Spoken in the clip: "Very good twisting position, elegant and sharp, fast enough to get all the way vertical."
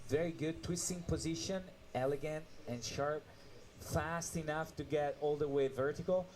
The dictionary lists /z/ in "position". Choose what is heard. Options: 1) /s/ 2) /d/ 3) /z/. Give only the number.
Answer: 3